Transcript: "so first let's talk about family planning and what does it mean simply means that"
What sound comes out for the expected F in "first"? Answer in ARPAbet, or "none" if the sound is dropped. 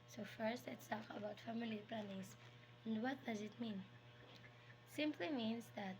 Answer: F